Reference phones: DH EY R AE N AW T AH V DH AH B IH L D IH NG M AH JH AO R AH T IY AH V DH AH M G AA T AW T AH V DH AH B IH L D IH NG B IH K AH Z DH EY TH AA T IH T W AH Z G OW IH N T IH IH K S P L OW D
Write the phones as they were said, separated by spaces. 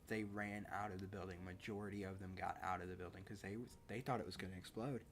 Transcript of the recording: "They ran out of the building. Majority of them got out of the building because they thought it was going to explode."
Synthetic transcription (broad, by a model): DH EY R AE N AW T AH V DH AH B IH L D IH NG M AH JH AO R AH T IY AH V DH AH M G AA T AW T AH V DH AH B IH L D IH NG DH IH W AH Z DH EY TH AA T IH T W AH Z G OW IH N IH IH K S P L OW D